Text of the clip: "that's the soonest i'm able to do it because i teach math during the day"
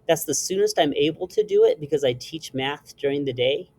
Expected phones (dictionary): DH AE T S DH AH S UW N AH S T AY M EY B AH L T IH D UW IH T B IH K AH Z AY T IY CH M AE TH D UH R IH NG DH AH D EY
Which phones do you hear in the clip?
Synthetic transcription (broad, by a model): DH AE T S DH AH S UW N AH S T AY M EY B L T IH D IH IH T B IH K AH Z AY T IY CH M AE TH D UH R IH NG DH AH D EY